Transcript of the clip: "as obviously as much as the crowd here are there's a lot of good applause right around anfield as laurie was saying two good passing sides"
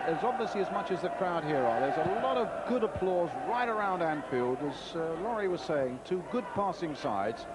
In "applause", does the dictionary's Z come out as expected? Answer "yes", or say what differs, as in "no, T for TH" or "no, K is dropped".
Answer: yes